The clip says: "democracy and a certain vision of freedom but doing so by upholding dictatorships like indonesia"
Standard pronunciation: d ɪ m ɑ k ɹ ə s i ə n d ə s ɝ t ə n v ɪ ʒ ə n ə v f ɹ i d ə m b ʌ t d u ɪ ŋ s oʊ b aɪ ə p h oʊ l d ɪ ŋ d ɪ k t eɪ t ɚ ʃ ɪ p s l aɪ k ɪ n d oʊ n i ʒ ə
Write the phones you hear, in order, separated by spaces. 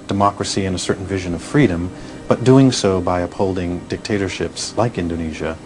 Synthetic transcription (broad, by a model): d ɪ m ɑ k ɹ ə s i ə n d ə s ɝ t n v ɪ ʒ ə n ə v f ɹ i d ə m b ʌ t d u ɪ ŋ s oʊ b aɪ ə p h oʊ l d ɪ ŋ d ɪ k t eɪ t ɚ ʃ ɪ p s l aɪ k ɪ n d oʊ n i ʒ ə